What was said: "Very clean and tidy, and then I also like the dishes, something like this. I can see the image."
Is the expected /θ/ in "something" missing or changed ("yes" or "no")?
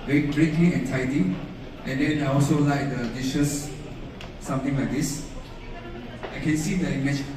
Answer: yes